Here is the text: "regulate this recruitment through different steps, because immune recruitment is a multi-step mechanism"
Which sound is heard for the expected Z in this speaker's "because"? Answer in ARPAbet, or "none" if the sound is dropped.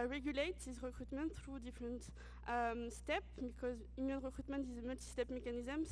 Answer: Z